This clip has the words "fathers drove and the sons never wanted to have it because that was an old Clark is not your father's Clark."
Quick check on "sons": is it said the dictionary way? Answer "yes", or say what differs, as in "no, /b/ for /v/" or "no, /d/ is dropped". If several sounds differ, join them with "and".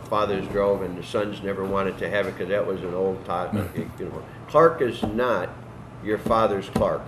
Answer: yes